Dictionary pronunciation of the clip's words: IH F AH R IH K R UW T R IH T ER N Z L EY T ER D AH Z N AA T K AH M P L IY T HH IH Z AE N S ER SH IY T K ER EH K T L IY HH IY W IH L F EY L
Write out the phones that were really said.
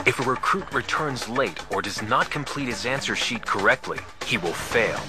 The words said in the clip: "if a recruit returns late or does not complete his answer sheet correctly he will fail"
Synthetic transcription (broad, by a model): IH F AH R IH K R UW T R IH T ER N Z L EY T ER D AH Z N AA T K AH M P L IY T HH IH Z AE N S ER SH IY T K ER EH K T L IY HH IY W IH L F EY L